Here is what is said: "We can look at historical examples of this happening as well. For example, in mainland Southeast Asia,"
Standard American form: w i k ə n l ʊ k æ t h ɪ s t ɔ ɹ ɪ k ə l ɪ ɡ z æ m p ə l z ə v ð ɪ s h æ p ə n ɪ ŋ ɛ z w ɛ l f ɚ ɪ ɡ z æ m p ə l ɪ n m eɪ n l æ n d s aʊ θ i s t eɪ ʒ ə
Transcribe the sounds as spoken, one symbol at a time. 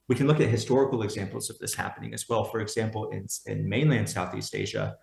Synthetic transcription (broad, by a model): w i k n l ʊ k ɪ t h ɪ s t ɔ ɹ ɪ k l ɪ ɡ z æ m p l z ə v ð ɪ s h æ p ə n ɪ ŋ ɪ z w ɛ l f ɚ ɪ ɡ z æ m p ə n ɪ n m eɪ n l æ n d s aʊ θ i s t eɪ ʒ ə